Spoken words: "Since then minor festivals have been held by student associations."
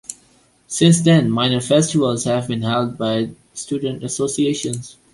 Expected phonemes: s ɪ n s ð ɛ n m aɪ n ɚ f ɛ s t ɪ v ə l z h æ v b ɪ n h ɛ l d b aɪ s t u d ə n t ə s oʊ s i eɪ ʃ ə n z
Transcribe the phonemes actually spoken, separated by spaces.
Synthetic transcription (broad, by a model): s ɪ n s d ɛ n m aɪ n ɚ f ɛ s t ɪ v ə l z h æ v b ɪ n h ɛ l d b aɪ s t u d ə n t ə s oʊ s i eɪ ʃ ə n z